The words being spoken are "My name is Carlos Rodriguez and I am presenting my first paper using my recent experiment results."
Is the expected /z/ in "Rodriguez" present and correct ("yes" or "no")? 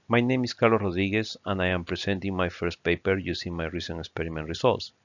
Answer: no